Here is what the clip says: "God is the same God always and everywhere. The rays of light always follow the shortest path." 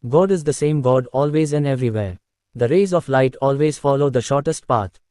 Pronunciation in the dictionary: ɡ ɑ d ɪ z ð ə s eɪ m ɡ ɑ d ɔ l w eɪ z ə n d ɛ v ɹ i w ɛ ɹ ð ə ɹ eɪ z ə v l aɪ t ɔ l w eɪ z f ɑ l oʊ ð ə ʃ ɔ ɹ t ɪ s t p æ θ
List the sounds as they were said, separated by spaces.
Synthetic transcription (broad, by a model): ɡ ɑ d ɪ z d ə s eɪ m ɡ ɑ d ɔ l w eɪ z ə n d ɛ v ɹ i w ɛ ɹ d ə ɹ eɪ z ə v l aɪ t ɔ l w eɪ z f ɑ l oʊ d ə ʃ ɔ ɹ t ɪ s t p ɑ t